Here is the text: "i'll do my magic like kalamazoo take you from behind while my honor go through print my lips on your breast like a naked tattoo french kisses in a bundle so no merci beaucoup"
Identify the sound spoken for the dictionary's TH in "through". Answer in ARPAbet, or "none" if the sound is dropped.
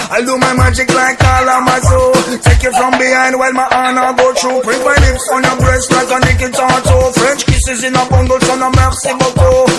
T